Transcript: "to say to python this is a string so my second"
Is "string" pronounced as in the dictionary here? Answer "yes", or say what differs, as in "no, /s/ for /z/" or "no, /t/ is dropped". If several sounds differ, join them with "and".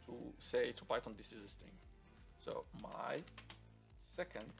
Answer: no, /ɹ/ is dropped